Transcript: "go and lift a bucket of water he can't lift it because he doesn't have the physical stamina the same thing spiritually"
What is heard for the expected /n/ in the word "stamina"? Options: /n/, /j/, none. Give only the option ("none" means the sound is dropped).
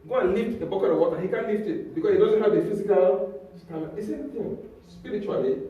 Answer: none